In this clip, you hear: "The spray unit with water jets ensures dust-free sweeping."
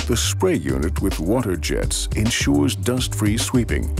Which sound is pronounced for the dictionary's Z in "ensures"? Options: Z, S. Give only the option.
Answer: Z